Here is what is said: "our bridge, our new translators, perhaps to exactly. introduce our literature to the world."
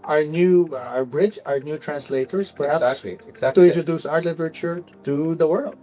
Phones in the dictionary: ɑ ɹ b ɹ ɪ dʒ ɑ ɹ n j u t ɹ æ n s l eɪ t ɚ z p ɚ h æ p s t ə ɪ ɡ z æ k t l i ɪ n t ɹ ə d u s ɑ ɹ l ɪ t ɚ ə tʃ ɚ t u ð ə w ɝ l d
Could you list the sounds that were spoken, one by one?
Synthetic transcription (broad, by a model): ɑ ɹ b ɹ ɪ dʒ ɑ ɹ n j u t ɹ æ n s l eɪ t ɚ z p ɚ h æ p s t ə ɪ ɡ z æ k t i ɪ t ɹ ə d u s ɑ ɹ l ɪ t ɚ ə tʃ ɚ t u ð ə w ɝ l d